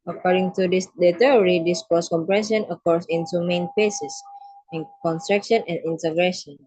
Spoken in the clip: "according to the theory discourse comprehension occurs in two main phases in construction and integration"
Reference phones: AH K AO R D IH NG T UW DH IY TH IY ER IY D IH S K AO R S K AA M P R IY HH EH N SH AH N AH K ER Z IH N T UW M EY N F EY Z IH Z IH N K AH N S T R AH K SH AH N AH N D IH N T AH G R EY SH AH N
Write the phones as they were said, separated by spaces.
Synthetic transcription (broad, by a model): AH K AO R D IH NG T UW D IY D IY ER IY D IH S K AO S K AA M P R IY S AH N AH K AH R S IH N T UW M EY N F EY S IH S IH N K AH N S T R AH K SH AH N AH N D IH N T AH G R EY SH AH N